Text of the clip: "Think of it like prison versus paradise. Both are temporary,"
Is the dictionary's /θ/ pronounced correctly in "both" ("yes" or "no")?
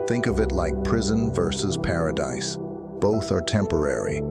yes